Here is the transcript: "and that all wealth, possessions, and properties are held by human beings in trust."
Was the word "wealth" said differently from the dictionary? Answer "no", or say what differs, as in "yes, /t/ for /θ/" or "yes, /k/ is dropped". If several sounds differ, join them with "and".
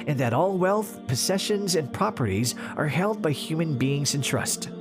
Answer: no